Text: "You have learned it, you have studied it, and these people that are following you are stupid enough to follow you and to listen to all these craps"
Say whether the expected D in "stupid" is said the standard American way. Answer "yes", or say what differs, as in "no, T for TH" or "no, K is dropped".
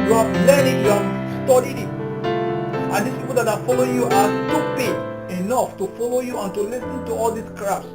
no, D is dropped